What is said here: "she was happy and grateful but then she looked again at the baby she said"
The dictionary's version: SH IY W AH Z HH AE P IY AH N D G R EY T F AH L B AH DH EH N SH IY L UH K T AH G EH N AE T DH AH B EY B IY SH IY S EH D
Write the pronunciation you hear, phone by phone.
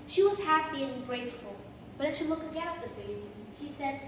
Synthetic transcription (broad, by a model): SH IY W AH Z HH AE P IY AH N G R EY T F AH L B AH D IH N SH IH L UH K AH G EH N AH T DH AH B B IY SH IY S EH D